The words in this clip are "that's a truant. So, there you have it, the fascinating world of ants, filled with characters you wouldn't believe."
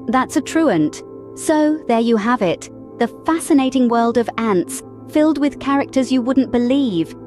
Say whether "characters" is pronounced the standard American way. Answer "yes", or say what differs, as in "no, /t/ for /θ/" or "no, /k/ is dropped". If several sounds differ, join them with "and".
yes